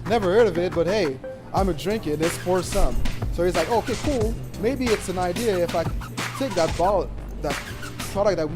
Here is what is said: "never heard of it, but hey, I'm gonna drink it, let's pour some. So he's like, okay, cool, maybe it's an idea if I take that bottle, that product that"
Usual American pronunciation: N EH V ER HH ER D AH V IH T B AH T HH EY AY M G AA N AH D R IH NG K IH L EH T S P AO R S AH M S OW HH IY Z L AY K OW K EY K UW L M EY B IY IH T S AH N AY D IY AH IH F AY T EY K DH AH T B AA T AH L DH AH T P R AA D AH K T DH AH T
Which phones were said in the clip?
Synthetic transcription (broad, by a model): N EH V ER HH ER D AH V IH T B AH T HH EY AY M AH D R IH NG K IH N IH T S F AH R S AH M S OW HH IY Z L AY K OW K EY K UW L M EY B IY IH T S AH N AY D IY AH IH F AY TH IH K DH AH T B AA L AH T DH AH T P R AA D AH K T DH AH T